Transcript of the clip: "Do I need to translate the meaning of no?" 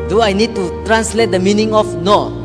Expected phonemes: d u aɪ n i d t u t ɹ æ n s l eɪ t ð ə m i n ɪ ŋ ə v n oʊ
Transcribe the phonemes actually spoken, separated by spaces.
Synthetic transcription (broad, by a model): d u aɪ n i d t u t ɹ æ n s l eɪ t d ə m i n ɪ ŋ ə f n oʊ